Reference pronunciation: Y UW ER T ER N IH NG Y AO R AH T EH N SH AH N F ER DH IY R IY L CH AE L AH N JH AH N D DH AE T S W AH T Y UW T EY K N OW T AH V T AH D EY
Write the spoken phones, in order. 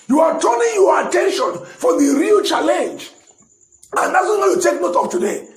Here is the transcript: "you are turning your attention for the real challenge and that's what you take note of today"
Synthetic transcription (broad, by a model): Y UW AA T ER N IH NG Y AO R AH T EH N SH AH N F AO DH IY R IY L CH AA L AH N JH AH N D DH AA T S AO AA Y UW T EY K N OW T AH P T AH D EY